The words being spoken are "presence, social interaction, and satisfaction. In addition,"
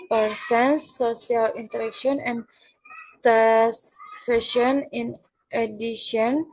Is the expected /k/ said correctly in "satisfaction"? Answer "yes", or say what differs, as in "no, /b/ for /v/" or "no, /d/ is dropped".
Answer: no, /k/ is dropped